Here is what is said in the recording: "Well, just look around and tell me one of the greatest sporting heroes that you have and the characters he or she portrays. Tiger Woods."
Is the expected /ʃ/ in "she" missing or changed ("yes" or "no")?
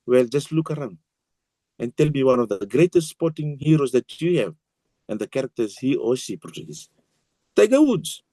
yes